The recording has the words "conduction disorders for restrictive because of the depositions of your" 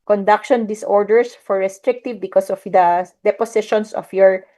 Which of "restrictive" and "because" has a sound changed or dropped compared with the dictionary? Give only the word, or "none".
because